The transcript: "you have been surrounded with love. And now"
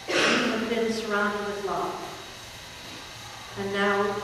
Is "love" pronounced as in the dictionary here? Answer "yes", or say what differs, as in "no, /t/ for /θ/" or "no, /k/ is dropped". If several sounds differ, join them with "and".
no, /f/ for /v/